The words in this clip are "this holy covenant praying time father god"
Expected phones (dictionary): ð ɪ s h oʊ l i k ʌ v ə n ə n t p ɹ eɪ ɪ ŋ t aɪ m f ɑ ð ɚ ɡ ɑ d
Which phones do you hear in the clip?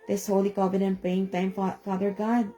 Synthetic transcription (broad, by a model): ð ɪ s h oʊ l i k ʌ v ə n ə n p eɪ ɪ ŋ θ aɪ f f ɑ ð ɚ ɡ ɑ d